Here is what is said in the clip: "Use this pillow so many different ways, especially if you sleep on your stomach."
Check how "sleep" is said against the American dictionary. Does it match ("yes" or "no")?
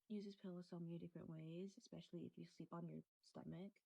yes